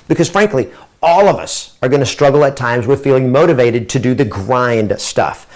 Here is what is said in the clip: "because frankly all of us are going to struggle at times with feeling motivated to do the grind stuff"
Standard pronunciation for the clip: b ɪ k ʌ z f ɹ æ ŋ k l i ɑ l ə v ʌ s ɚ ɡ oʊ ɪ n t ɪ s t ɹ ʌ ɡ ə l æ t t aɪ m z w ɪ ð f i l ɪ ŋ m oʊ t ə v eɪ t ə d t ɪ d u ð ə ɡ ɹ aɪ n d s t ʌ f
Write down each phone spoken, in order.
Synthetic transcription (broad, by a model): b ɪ k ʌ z f ɹ æ ŋ k l i ɑ l ə v ʌ s ɚ ɡ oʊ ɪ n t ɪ s t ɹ ʌ ɡ l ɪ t t aɪ m z w ɪ ð f i l ɪ ŋ m oʊ t ə v eɪ t ə d t ɪ d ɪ ð ə ɡ ɹ aɪ n d s t ʌ f